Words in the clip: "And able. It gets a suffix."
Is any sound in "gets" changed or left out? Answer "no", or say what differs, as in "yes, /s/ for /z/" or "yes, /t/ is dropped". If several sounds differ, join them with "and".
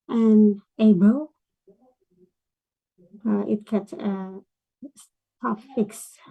yes, /s/ is dropped